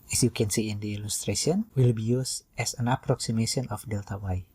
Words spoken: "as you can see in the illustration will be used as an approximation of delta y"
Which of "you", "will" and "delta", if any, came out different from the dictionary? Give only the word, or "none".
none